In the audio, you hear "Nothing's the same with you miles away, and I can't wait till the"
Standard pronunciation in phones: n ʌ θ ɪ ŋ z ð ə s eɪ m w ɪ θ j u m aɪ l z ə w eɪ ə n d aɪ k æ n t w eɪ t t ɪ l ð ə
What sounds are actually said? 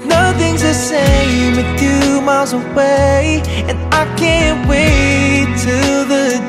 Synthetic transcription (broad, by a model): n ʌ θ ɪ ŋ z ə s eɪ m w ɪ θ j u m aɪ l z ə w eɪ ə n aɪ k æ n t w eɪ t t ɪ ð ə